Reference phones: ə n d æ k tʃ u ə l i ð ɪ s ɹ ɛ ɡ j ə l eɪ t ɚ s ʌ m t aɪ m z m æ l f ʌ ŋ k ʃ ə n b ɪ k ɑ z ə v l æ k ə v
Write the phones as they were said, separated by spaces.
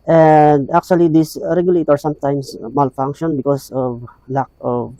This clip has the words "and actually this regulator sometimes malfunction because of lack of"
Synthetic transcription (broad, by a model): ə n d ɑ k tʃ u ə l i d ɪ s ɹ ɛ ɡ j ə l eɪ t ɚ s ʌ m t aɪ m s m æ l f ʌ ŋ k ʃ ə n b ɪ k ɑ s ə v l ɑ k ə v